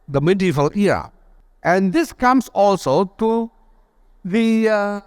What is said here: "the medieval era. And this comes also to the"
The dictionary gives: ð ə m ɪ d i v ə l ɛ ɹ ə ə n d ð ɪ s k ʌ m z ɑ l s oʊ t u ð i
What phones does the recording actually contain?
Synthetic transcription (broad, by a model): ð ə m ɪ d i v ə l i ə ə n d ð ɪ s k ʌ m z ɑ l s oʊ t u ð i